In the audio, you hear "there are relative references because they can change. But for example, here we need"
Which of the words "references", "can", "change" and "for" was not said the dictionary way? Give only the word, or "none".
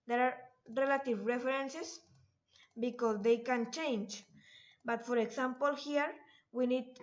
references